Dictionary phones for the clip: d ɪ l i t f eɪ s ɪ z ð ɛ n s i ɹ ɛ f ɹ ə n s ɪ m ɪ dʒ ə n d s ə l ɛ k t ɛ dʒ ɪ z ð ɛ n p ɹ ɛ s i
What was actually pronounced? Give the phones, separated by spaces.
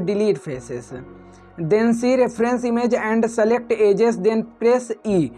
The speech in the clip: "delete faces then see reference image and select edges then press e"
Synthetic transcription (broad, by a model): d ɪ l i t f eɪ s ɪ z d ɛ n s i ɹ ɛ p ɹ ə n s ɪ m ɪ dʒ ə n d s ə l ɛ k t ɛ dʒ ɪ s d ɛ n p ɹ ɛ s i